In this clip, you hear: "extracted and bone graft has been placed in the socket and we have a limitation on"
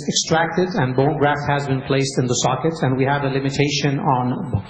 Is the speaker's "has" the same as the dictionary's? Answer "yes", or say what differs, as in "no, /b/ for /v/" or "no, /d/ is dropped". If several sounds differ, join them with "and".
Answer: yes